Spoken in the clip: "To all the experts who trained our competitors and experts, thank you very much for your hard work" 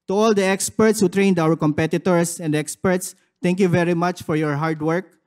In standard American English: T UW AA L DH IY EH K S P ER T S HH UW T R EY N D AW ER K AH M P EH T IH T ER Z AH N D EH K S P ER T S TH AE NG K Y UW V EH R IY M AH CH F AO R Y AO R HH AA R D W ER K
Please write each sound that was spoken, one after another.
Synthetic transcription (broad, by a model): T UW AA L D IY EH K S P ER T S HH UW T R EY N D AW ER K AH M P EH T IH T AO S AH N D EH K S P ER T S T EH NG K Y UW V EH R IY M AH CH F AO R Y AO R HH AA R D W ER K